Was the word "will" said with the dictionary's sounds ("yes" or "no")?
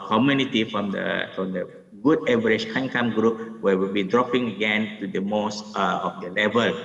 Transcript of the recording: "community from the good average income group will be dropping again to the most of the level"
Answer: no